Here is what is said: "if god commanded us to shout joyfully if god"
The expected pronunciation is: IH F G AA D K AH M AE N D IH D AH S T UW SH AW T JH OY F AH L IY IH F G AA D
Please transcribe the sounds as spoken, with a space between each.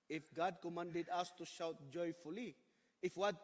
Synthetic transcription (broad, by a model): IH F G AA D K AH M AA N D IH D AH S T UW SH AW T JH OY F AH L IY IH F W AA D